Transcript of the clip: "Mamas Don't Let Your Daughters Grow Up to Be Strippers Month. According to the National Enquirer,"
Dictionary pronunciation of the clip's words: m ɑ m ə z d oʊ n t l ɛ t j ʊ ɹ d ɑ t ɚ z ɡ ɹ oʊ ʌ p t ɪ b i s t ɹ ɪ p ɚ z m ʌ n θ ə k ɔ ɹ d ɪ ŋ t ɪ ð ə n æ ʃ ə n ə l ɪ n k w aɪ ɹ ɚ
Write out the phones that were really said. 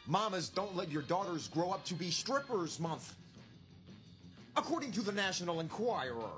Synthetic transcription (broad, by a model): m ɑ m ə z d oʊ n t l ɛ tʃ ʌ ɹ d ɑ t ɚ z ɡ ɹ oʊ ʌ p t ɪ b i s t ɹ ɪ p ɚ z m ʌ n θ ə k ɔ ɹ d ɪ ŋ t ɪ ð ə n æ ʃ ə n l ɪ n k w aɪ ɹ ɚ